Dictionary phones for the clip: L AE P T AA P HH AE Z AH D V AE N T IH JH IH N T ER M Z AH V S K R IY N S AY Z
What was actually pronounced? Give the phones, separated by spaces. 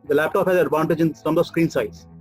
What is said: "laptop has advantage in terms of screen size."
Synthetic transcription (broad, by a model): L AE P T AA P HH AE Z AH D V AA N T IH JH IH N S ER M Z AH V S K R IY N S AY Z